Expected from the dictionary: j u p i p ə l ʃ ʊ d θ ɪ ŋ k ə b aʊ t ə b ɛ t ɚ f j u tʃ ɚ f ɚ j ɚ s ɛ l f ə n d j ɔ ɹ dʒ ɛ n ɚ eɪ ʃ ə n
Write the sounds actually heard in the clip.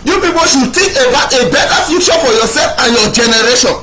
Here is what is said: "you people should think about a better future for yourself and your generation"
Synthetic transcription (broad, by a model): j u p i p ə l ʃ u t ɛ k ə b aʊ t ə b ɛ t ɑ f j u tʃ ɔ f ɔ j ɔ s ɛ l f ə n j ɔ dʒ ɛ n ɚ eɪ ʃ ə n